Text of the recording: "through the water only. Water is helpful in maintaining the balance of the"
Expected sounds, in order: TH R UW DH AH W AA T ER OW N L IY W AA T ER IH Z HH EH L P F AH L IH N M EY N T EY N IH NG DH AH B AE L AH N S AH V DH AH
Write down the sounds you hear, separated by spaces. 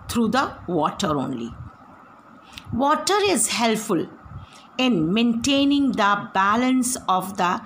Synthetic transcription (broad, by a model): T R UW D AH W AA T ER OW N L IY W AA T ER IH Z HH EH L P F AH L IH N M EY N T EY N IH NG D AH B AE L AH N S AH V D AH